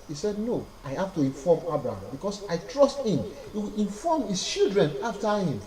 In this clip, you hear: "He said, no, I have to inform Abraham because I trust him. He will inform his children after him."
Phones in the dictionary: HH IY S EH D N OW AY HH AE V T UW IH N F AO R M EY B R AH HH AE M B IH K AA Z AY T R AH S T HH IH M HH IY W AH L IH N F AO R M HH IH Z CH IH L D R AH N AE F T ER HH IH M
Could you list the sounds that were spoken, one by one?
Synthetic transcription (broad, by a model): HH IY S EH D N OW AY HH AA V T UW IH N F AO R M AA B R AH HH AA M B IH K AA S AY T R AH S T HH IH M HH IY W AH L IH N F AO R M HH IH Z CH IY L D R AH N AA F T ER HH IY M